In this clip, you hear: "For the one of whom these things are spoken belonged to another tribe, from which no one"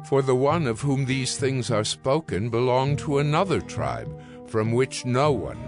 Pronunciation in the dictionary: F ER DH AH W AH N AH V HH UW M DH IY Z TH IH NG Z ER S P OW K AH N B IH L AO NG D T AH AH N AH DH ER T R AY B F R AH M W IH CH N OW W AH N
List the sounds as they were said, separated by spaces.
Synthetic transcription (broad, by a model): F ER DH AH W AH N AH V HH UW M DH IY Z TH IH NG Z ER S P OW K AH N B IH L AO NG T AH AH N AH DH ER T R AY B F R AH M W IH CH N OW W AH N